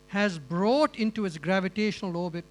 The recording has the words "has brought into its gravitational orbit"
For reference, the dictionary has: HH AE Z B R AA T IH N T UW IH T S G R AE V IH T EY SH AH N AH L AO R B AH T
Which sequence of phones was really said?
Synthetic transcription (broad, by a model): HH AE Z B R AA T IH N T UW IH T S G R AE V IH T EY SH AH N AH L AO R B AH T